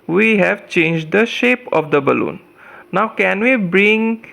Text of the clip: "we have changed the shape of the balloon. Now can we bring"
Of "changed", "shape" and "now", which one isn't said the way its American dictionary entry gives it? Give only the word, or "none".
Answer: none